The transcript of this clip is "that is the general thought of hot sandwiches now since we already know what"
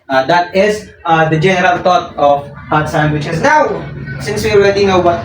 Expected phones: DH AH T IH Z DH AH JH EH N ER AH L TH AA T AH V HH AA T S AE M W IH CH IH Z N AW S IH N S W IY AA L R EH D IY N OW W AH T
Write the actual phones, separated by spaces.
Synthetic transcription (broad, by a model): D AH T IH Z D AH JH EH N ER AH L T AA T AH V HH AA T S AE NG W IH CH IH S N AW S IH N S W IY AA L R EH D IY N OW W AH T